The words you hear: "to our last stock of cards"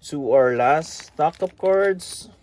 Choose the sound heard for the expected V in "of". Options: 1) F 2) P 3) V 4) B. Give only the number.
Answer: 2